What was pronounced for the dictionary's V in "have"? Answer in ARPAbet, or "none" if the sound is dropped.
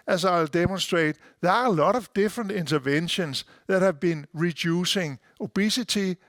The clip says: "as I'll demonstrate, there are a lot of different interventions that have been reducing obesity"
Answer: V